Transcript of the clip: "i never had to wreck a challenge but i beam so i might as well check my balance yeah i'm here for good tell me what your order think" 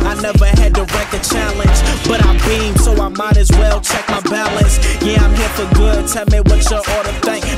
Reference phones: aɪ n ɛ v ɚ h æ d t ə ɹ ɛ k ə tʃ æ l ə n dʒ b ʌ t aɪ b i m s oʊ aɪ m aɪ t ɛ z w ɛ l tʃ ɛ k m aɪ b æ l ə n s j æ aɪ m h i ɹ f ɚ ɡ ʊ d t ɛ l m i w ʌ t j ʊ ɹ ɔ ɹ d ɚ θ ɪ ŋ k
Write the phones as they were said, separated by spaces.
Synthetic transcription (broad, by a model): aɪ n ɛ v ɚ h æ d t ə ɹ ɛ k ə tʃ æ l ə n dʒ b ʌ t aɪ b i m s oʊ aɪ m aɪ t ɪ z w ɛ l tʃ ɛ k m aɪ b æ l ə n s j æ aɪ m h i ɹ f ɚ ɡ ʊ d t ɛ l m i w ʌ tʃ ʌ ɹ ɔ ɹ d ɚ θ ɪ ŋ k